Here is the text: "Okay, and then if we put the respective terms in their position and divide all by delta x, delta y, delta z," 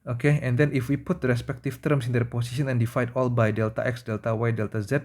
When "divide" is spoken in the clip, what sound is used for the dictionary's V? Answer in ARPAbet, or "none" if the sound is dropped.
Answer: F